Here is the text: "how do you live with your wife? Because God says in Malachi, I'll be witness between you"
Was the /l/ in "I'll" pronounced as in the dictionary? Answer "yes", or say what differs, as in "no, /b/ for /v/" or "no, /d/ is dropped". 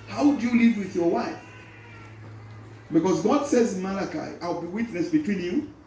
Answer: yes